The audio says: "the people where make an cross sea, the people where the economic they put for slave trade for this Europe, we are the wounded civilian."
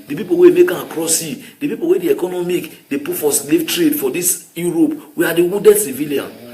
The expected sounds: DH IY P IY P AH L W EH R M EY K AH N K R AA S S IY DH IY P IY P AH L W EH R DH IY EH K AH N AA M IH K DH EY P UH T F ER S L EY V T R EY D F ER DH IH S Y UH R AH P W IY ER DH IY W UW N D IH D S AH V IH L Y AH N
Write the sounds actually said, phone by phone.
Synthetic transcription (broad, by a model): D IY P IY P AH W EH M EY K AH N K R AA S S IY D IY P IY P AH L W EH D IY EH K AH N AA M IH K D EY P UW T F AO S L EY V T R EY D F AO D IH S Y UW R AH P W IY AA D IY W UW D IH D S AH V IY L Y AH N